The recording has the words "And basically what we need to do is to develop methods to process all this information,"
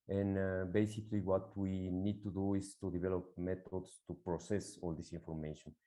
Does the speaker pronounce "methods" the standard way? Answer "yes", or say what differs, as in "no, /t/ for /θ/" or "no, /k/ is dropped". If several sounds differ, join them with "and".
no, /t/ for /θ/ and /s/ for /z/